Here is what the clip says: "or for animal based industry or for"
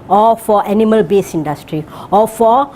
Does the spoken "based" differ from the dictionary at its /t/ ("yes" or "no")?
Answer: yes